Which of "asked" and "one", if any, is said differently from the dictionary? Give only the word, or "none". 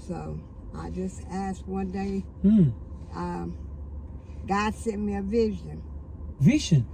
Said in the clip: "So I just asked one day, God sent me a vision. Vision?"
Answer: none